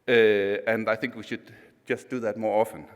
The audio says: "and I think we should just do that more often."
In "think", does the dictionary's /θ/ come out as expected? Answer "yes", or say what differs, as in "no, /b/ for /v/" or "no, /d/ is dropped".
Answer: yes